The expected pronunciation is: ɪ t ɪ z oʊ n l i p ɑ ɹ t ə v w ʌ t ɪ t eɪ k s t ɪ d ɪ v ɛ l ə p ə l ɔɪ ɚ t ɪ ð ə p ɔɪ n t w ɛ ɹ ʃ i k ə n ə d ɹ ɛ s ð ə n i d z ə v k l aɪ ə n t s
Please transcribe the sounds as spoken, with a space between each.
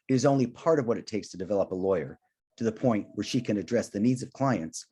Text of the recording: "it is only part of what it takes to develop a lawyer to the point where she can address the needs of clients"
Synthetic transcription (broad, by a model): ɪ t ɪ z oʊ n l i p ɑ ɹ t ə v w ʌ t ɪ t eɪ k s t ɪ d ɪ v ɛ l ə p ə l ɔɪ ɚ t ɪ ð ə p ɔɪ n t w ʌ ɹ ʃ i k ə n ə d ɹ ɛ s ð ə n i d z ə v k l aɪ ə n t s